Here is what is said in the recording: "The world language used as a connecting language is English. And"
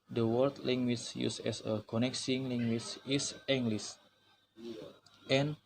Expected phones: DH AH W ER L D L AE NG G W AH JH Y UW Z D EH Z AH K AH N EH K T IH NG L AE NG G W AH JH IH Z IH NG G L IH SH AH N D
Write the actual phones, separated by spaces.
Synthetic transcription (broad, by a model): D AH W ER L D L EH NG G W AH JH Y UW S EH S AH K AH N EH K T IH NG L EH NG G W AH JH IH S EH NG G L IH S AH N